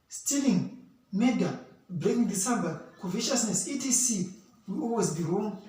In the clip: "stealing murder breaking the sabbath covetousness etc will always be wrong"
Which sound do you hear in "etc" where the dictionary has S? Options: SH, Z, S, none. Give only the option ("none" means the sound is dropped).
none